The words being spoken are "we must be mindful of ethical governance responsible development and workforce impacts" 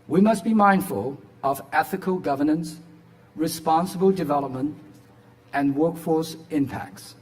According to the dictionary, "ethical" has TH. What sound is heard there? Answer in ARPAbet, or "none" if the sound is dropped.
TH